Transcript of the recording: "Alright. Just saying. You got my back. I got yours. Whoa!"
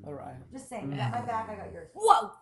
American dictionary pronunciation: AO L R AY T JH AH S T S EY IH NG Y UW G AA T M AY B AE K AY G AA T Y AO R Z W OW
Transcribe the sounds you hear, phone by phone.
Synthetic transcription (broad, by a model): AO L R AY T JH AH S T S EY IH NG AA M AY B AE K AY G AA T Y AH R W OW